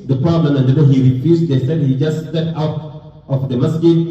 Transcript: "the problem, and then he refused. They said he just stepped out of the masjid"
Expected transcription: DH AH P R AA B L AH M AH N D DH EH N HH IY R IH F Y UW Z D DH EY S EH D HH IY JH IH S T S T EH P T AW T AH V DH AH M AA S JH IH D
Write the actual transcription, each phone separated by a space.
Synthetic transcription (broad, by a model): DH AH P AA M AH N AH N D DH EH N HH IY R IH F Y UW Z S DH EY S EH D HH IY JH IH S T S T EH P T AW T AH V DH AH M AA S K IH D